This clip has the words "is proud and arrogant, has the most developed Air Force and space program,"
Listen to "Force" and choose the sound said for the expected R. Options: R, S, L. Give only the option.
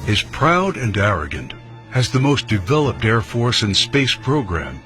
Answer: R